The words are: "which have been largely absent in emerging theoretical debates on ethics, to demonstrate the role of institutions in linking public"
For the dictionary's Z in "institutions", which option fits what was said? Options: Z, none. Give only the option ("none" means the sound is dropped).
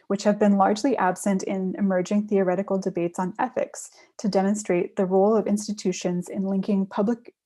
Z